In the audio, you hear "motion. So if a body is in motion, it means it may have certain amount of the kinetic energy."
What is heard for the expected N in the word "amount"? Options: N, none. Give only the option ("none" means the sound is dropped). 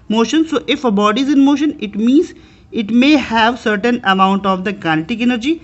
N